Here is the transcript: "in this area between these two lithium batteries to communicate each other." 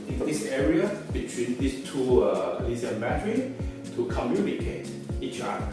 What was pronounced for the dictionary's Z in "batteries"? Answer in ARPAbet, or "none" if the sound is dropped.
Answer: none